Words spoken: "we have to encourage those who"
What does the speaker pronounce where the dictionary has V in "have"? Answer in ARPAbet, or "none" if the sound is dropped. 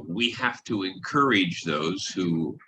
F